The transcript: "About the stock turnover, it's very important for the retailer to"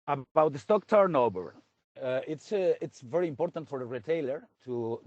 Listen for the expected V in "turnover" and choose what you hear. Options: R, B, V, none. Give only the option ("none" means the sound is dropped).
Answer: B